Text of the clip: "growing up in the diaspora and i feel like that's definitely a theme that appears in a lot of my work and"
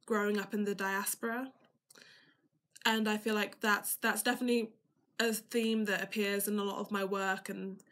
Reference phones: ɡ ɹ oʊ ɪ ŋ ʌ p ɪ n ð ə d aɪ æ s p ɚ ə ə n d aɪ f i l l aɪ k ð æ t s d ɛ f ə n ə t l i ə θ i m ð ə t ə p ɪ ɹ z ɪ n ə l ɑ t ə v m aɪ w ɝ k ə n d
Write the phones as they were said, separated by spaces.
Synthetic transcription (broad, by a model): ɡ ɹ oʊ ɪ ŋ ʌ p ɪ n ð ə d aɪ æ s p ɚ ə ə n aɪ f i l l aɪ k ð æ t s d ɛ f ə n ə t l i ə θ i m ð ə t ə p ɪ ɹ z ɪ n ə l ɑ t ə v m aɪ w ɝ k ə n